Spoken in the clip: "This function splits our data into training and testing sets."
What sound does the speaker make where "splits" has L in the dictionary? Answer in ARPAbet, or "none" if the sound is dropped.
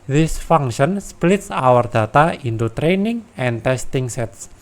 L